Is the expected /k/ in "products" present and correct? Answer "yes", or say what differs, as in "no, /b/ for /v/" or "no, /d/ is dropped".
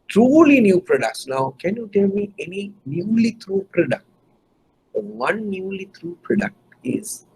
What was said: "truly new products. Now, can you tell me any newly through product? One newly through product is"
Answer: yes